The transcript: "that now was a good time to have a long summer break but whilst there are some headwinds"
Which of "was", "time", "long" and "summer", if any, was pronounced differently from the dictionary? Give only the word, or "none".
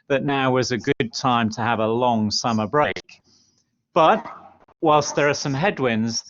none